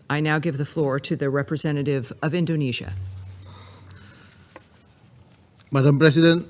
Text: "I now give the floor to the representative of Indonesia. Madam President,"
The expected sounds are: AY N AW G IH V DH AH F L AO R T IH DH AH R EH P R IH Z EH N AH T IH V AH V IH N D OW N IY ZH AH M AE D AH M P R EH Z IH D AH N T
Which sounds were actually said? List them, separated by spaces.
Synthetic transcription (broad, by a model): AY N AW G IH V DH AH F L AO R T IH DH AH R EH P R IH Z EH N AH T IH V AH V IH N D OW N IY ZH AH M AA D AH M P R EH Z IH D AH N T